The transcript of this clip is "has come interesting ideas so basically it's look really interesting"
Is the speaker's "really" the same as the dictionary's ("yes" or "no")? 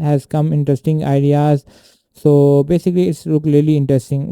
no